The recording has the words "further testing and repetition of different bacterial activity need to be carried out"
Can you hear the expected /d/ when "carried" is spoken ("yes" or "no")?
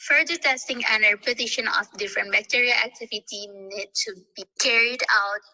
yes